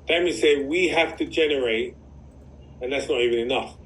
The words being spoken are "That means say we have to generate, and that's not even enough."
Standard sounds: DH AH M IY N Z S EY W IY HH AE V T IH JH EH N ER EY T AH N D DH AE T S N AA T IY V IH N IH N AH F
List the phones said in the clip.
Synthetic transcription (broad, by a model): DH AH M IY S EY W IY HH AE F T IH JH EH N ER EY T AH N DH AE T S N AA T IY V IH N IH N AH F